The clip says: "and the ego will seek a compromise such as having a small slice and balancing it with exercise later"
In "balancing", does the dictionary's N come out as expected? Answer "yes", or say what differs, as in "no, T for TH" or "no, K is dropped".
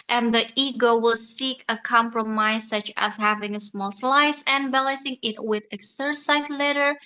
no, N is dropped